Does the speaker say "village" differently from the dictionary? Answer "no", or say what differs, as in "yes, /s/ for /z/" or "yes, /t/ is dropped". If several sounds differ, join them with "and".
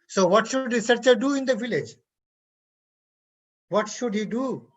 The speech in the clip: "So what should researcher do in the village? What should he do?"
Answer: no